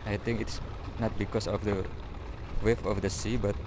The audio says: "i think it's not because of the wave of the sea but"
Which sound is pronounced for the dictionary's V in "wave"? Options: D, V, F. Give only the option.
F